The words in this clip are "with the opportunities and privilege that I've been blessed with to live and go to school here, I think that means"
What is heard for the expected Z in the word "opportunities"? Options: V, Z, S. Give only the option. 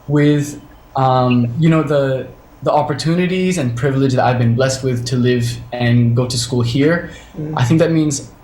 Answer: Z